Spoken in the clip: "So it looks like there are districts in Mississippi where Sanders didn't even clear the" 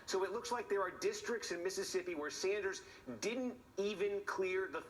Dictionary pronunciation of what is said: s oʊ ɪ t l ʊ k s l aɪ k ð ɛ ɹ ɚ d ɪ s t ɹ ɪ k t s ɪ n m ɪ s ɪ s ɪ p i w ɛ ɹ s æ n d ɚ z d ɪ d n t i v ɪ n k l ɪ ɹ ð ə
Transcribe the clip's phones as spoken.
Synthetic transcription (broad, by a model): s oʊ ɪ t l ʊ k s l aɪ k ð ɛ ɹ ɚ d ɪ s t ɹ ɪ k t s ɪ n m ɪ s ɪ s ɪ p i w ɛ ɹ s æ n d ɚ z d ɪ d n t i v ɪ n k l ɪ ɹ ð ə